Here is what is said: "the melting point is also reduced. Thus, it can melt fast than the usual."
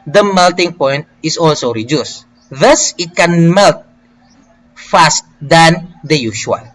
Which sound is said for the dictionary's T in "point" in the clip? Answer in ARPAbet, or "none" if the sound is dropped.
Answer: T